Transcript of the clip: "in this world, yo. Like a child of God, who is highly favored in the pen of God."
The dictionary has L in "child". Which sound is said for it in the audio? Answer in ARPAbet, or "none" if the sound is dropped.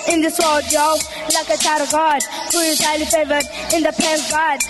none